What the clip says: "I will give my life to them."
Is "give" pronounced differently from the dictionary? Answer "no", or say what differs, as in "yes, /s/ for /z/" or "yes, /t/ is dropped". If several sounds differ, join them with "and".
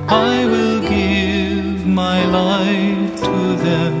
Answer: no